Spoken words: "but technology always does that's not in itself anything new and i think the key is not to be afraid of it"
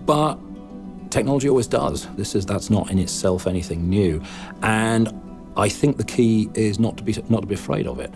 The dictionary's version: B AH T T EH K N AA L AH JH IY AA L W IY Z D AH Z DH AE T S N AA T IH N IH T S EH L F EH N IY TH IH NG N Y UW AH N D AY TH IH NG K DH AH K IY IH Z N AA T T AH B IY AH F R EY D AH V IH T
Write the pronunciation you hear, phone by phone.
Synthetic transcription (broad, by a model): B AH T T EH K N AA L AH JH IY AA L W IY Z D AH Z DH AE T S N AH T IH N IH T S EH L F EH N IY TH IH NG N Y UW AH N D AY TH IH NG K DH AH K IY IH Z N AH T T AH B IY AH F R EY D AH V IH T